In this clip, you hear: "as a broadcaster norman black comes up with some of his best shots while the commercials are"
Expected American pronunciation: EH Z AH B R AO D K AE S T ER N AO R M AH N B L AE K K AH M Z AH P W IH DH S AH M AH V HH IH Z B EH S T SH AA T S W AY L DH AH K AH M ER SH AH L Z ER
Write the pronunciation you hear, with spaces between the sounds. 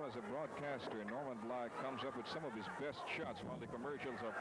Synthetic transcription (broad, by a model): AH Z AH B R AO D K AE S T ER N AO R M AH N L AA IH K AH M Z AH P W IH DH S AH M AH V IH Z B EH S T SH AA T S W AY L DH AH K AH M ER SH L Z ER